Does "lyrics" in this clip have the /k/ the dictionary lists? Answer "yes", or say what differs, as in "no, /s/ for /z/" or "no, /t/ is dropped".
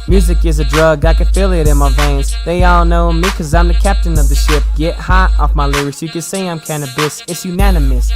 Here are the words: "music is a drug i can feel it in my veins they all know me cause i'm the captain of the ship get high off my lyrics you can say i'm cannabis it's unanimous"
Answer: no, /k/ is dropped